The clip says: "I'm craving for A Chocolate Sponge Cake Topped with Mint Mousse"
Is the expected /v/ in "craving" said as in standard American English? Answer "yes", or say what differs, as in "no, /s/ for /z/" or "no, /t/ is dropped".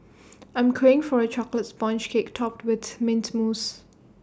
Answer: no, /v/ is dropped